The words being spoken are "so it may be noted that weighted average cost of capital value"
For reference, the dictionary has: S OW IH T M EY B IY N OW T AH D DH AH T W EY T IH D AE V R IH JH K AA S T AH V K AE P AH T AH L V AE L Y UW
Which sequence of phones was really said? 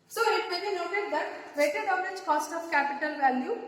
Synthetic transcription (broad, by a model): S OW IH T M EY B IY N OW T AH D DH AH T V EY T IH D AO R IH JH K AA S T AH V K AE P AH T AH L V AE L Y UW